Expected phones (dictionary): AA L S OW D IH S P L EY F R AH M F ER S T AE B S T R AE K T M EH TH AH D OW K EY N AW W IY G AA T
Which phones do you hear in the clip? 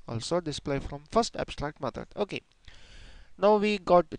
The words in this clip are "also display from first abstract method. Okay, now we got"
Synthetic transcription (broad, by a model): AA L S OW D IH S P L EY F R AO M F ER S T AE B S T R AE K T M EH T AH OW K EY N AW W IY G AA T